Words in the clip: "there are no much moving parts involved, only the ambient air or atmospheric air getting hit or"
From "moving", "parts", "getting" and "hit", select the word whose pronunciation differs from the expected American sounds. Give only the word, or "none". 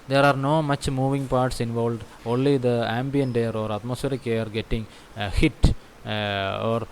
none